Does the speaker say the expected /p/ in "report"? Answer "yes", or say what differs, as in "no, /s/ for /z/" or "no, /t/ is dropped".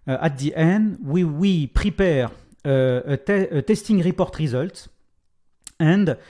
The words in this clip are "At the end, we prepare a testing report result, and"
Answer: yes